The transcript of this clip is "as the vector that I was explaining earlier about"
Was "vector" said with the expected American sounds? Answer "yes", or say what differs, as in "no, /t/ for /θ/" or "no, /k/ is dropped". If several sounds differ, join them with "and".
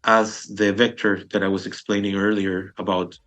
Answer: yes